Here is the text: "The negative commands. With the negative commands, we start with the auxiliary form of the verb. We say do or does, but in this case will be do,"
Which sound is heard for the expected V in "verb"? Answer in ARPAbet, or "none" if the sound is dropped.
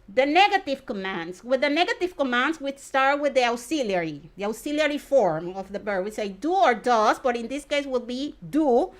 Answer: B